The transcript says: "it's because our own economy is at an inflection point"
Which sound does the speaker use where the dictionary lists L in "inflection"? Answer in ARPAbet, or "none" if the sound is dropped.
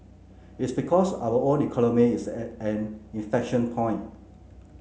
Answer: none